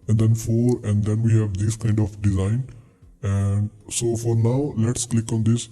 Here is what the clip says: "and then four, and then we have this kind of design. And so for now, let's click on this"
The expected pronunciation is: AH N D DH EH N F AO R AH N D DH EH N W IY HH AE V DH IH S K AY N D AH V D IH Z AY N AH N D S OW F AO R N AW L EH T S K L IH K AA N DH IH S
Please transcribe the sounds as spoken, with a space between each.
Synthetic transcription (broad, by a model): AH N D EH N F AO R AH N D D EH N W IY HH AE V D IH S K AY N D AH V D IH Z AY N AH N D S OW F AO R N AW L EH T S K L IH K AA N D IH S